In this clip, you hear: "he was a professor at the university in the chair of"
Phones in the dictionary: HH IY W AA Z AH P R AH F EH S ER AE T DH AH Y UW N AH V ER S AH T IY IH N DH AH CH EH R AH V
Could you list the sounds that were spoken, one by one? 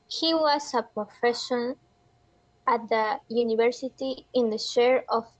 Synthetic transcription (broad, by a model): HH IY W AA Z AH P R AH F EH SH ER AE T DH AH Y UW N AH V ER S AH T IY IH N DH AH SH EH R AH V